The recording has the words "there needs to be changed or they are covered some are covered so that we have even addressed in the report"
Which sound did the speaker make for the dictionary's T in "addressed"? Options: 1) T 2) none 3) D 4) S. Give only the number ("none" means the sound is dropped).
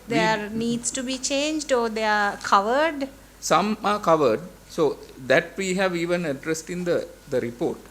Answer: 1